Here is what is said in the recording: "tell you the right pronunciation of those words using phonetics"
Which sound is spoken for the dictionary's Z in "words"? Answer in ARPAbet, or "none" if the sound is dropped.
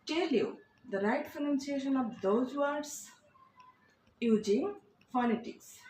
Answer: S